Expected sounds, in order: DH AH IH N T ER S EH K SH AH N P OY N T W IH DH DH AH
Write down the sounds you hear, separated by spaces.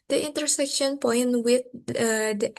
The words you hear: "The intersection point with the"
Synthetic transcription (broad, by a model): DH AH IH N T ER S EH K SH AH N P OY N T W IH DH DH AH